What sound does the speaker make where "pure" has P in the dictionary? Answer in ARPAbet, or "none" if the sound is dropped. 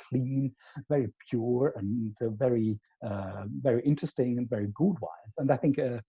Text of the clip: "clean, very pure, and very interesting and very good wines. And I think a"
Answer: P